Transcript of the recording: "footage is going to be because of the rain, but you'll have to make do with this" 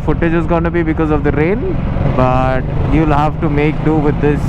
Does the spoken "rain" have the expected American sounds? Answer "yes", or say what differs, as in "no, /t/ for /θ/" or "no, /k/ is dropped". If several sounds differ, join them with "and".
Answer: no, /l/ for /n/